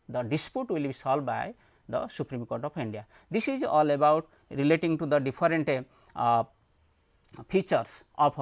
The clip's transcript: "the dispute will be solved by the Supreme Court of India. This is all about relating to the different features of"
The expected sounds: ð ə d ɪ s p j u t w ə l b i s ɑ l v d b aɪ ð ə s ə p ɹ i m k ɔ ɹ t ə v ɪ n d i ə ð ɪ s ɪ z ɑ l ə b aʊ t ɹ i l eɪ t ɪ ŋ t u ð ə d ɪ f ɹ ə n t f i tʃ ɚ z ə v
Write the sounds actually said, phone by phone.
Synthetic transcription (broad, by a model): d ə d ɪ s p j u t w ə l b i s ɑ l d b aɪ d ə s ə p ɹ i m k ɔ ɹ t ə p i n d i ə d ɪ s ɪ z ɑ l ə b aʊ t ɹ i l eɪ t ɪ ŋ t u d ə d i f ɹ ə n t p i tʃ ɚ s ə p